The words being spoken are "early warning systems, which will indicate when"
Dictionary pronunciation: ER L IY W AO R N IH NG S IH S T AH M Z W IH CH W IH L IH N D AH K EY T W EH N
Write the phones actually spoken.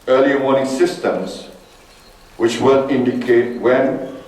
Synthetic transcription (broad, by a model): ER L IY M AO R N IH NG S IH S T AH M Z W IH CH W IH L IH N D AH K EY T W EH N